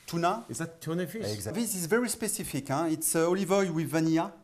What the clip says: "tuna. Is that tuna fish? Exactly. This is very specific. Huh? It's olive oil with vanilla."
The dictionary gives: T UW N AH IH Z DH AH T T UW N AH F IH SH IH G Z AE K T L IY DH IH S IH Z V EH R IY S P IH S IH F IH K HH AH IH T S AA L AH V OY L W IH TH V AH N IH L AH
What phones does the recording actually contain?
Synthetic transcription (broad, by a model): T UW N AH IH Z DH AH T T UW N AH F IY IH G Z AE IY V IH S IH Z V EH R IY S P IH S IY F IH K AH IH T S AA L AH V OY W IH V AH N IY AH